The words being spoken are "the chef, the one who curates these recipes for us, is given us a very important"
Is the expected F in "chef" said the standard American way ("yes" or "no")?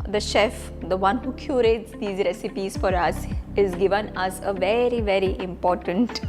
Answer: yes